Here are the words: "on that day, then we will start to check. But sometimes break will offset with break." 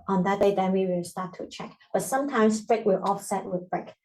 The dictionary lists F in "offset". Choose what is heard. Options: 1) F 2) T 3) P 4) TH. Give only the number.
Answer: 1